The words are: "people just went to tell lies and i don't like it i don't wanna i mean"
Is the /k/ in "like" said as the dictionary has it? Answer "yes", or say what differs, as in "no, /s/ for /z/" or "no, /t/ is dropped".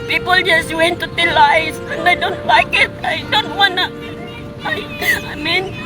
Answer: yes